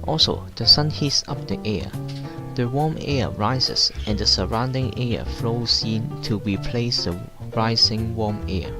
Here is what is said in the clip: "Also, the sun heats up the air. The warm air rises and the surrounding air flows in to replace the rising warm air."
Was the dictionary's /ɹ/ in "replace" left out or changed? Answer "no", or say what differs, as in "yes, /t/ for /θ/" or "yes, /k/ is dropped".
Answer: no